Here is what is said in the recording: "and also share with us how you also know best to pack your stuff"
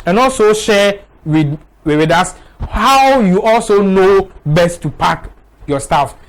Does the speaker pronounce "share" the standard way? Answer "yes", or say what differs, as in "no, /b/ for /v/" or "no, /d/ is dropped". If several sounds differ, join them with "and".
no, /w/ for /ɹ/